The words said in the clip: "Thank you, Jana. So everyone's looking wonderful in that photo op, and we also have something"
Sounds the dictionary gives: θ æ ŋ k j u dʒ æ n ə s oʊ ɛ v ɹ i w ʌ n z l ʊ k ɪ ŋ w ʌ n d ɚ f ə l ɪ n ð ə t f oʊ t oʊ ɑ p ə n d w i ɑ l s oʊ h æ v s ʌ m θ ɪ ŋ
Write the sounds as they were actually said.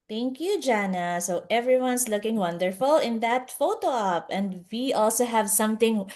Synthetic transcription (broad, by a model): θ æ ŋ k j u dʒ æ n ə s oʊ ɛ v ɹ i w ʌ n s l ʊ k ɪ ŋ w ʌ n d ɚ f ə l ɪ n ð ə t f oʊ t oʊ ɑ p ə n d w i ɑ l s oʊ h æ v s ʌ m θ ɪ ŋ